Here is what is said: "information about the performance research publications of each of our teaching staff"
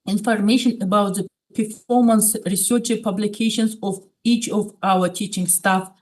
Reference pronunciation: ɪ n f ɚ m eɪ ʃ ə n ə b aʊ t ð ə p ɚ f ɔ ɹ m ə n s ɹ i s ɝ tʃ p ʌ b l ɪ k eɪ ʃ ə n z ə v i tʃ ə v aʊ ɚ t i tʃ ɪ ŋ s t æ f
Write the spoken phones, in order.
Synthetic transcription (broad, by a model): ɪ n f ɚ m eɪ ʃ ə n ə b aʊ t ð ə p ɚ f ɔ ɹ m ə n s ɹ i s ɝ tʃ p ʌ b l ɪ k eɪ ʃ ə n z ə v i tʃ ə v aʊ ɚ t i tʃ ɪ ŋ s t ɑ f